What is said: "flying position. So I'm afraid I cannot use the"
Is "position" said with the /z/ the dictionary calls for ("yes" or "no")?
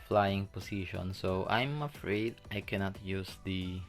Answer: no